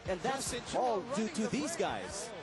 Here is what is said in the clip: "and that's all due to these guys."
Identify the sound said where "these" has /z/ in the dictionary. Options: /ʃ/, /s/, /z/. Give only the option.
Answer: /z/